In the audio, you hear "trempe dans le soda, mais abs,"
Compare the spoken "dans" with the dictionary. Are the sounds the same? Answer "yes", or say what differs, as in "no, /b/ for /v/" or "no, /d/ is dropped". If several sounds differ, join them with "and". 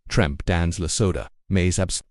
yes